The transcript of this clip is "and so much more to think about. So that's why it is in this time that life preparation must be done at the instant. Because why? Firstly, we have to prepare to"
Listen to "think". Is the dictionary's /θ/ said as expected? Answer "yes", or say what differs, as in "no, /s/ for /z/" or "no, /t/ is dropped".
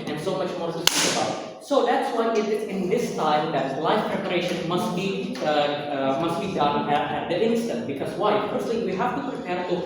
no, /s/ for /θ/